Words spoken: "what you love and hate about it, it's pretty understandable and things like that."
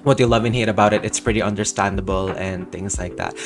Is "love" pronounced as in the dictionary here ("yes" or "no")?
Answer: yes